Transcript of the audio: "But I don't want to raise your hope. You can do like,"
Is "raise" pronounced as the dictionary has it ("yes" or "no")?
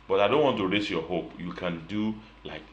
no